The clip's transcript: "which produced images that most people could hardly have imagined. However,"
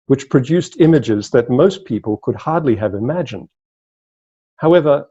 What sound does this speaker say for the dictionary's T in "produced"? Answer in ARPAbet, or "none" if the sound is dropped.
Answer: T